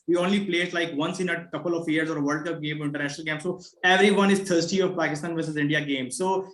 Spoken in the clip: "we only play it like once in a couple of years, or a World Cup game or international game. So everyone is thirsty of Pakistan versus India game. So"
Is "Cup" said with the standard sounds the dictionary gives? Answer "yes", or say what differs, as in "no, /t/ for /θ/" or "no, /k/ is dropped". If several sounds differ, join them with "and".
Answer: yes